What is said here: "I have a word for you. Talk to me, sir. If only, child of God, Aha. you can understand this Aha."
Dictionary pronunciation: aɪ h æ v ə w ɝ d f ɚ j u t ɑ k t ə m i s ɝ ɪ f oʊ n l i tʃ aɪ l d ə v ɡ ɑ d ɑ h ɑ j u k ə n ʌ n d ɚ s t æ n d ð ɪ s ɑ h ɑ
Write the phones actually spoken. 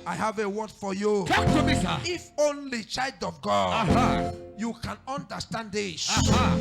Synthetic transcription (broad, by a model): aɪ h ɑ v ə w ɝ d f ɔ j u t ɑ k t ə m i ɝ ɪ f oʊ n l i tʃ aɪ l d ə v ɡ ɑ d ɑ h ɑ j u k ə n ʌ n d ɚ s t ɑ n d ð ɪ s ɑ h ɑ